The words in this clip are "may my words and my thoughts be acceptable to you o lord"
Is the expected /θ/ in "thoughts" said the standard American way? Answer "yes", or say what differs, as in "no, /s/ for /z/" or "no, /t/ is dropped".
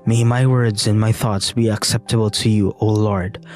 yes